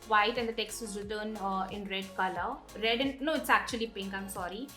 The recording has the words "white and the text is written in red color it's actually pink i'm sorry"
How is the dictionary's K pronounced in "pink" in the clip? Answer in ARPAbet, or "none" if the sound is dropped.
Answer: K